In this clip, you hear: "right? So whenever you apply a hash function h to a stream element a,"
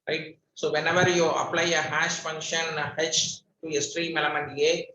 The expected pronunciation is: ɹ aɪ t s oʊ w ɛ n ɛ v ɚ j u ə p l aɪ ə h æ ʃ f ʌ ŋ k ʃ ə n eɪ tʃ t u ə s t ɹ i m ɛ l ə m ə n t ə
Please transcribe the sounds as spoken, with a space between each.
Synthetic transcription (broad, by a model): ɹ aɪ t s oʊ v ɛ n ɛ v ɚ j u ə p l aɪ ə h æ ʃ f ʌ ŋ k ʃ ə n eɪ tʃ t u ə s t ɹ i m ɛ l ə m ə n ə